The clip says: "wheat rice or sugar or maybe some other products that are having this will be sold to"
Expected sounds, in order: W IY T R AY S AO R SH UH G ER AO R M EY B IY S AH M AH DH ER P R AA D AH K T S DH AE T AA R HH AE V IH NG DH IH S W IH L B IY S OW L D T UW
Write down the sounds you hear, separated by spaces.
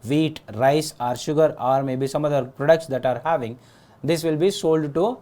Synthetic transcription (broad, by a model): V IY T R AY S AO R SH UH G ER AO R M EY B IY S AH M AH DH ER P R AA D AH K T S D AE T AA R HH AE V IH NG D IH S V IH L B IY S OW L D T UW